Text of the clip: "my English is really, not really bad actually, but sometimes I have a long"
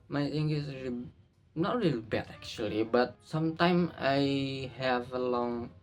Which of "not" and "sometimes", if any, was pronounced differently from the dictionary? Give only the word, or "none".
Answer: sometimes